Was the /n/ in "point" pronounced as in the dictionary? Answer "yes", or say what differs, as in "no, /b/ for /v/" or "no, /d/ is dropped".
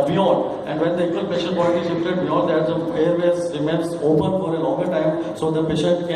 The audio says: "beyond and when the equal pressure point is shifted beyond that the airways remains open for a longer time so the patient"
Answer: no, /l/ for /n/